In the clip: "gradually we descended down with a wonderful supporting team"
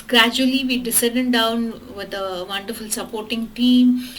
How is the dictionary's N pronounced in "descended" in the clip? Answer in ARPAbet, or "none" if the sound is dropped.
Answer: none